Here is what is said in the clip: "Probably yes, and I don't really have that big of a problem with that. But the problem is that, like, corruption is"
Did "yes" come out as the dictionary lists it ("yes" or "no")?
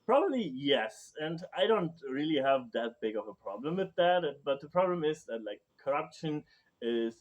yes